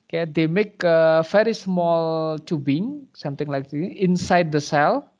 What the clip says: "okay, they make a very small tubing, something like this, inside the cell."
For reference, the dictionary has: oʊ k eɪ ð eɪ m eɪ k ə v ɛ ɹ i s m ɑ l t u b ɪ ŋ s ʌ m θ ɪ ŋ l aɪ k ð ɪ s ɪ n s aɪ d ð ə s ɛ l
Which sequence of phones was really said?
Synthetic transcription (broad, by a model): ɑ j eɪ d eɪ m eɪ k ə f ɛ ɹ i s m ɑ l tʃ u b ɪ ŋ s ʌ m t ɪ ŋ l aɪ k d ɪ ɪ n s aɪ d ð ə s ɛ l